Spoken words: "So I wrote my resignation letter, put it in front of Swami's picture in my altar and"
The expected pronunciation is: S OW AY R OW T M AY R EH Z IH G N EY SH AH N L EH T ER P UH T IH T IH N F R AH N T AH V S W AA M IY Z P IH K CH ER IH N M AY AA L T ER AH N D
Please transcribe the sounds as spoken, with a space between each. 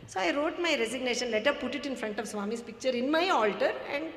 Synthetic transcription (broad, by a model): S OW AY R OW T M AY R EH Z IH G N EY SH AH N L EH T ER P UH T IH T IH N F R AH N T AH V S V AA M IY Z P IH K CH ER IH N M AY AA L T ER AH N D